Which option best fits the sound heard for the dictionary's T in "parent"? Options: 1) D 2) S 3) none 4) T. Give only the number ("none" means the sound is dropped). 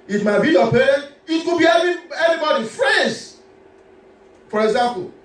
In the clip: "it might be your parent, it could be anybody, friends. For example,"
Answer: 3